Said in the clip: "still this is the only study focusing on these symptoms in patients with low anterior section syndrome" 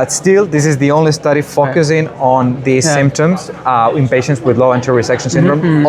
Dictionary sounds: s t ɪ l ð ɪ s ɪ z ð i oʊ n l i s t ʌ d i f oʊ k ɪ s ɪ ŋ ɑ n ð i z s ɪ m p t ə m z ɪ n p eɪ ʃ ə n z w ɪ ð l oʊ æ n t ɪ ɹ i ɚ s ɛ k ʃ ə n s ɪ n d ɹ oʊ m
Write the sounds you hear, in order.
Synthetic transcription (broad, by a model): s t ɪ l ð ɪ s ɪ z ð i oʊ n l i s t ʌ d i f oʊ k ɪ s ɪ ŋ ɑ n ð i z s ɪ m p t ə m z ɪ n p eɪ ʃ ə n s w ɪ ð l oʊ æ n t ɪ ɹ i s ɛ k ʃ ə n s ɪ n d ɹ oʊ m